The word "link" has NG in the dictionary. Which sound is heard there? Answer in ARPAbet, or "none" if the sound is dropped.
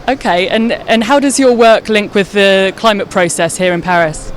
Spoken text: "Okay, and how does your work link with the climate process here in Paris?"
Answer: NG